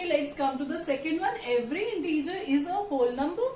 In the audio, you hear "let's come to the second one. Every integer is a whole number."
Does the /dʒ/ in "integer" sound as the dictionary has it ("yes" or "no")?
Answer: yes